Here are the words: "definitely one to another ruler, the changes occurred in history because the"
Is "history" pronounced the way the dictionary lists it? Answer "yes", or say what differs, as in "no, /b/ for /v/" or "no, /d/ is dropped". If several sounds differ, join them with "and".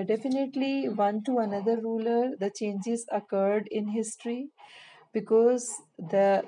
yes